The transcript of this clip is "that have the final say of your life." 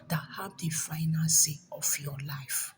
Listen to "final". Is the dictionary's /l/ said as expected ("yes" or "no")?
no